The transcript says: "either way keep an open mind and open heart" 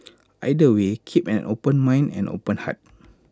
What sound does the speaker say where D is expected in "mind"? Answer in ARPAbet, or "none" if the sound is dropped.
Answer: none